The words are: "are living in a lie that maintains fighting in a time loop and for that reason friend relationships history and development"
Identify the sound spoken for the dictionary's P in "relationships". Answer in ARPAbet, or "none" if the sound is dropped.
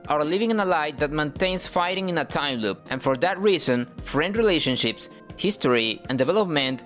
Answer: P